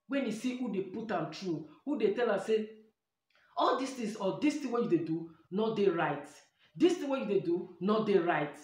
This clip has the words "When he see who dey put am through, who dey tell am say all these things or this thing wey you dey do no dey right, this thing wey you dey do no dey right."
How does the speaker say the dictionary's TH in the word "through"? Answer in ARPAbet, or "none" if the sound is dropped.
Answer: T